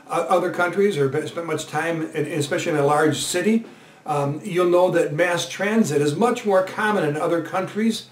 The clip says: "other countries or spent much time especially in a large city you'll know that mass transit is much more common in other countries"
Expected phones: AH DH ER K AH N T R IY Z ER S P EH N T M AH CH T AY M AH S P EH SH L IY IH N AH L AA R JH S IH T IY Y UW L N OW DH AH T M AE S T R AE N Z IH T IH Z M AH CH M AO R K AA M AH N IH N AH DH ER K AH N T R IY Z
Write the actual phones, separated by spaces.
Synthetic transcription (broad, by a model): AH DH ER K AH N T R IY Z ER S P EH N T M AH CH T AY M AH S P EH SH L IY IH N AH L AA R JH S IH T IY Y UW L N OW DH AH T M AE S T R AE N Z IH T IH Z M AH CH M AO R K AA M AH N IH N AH DH ER K AH N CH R IY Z